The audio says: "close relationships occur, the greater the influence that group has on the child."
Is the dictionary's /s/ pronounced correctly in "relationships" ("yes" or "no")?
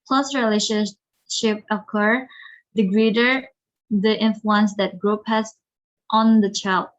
no